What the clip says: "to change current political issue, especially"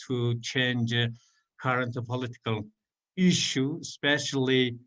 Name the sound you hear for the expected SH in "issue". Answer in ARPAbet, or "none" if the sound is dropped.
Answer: SH